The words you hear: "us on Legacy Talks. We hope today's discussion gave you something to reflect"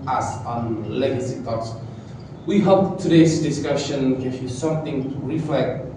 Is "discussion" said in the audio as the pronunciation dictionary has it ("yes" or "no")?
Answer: yes